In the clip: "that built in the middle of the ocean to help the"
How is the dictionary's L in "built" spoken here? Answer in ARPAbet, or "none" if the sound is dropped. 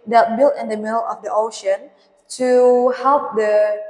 L